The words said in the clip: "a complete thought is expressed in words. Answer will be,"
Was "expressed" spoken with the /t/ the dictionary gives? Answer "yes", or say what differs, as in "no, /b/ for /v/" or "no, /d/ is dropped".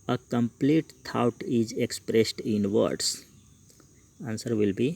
yes